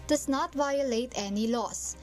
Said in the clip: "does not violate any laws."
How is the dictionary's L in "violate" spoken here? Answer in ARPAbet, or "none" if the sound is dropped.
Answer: L